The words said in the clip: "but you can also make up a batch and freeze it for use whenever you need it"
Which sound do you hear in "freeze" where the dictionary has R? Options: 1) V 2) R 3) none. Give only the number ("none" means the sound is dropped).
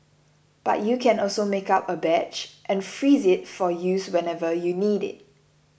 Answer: 2